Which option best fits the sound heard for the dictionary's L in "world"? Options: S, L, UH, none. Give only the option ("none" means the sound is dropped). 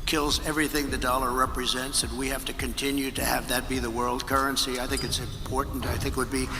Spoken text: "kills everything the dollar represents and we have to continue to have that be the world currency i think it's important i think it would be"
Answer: L